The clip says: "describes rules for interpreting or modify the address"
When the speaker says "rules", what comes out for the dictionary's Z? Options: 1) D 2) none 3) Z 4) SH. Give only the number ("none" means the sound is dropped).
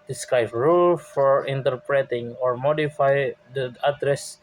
2